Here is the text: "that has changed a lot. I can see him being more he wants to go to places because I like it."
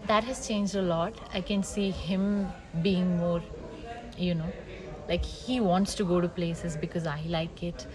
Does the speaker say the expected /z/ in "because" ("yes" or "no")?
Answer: yes